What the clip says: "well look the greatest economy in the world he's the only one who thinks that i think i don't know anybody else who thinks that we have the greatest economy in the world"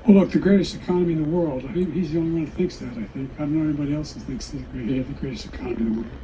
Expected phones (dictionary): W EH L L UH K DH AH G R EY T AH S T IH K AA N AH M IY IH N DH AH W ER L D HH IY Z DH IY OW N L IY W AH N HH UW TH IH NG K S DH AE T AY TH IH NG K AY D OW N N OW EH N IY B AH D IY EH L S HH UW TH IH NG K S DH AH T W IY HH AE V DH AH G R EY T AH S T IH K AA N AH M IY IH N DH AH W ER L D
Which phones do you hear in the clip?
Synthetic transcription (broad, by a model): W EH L L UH K DH AH G R EY T AH S T IH K AA N AH M IY IH N DH AH W ER L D HH IY Z DH IY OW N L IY W AH N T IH TH IH NG K S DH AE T AY TH IH NG K AY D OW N N OW EH N IY B AH D IY EH L S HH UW TH IH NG K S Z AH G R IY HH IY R DH AH G R EY T AH S T IH K AA N AH M IY IH N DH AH W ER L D